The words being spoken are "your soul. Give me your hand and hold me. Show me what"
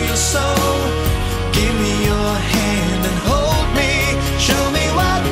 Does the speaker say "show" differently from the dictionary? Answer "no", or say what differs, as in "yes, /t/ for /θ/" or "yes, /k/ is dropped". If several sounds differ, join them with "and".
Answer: no